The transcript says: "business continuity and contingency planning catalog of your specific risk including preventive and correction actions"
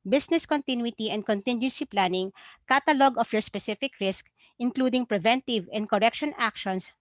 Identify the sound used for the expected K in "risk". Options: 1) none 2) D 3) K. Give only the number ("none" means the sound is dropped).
3